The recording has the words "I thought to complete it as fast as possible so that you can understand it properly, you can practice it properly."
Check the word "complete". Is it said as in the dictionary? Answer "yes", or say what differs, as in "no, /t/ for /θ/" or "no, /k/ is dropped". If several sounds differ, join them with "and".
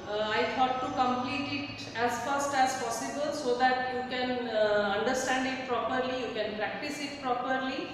yes